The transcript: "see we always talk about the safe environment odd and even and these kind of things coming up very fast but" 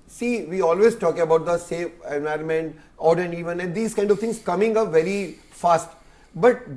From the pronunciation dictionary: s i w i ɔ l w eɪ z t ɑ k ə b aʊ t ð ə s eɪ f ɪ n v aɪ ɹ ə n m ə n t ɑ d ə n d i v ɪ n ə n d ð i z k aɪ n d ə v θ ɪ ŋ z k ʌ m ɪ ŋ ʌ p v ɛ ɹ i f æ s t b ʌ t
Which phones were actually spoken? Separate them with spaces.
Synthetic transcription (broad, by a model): s i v i ɔ l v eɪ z t ɑ k ə b aʊ t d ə s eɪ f ɪ n v aɪ ɹ ə n m ə n t ɑ d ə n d i v ɪ n ə n d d i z k aɪ n d ə v t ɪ ŋ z k ʌ m ɪ ŋ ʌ v ɛ ɹ i f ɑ s t b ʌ t